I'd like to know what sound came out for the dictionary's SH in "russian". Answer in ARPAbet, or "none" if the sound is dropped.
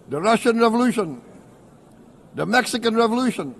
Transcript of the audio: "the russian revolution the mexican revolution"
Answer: SH